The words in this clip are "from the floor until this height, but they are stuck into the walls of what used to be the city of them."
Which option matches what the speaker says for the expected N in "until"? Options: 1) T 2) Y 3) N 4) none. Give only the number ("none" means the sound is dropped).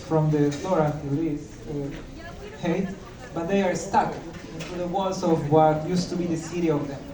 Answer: 4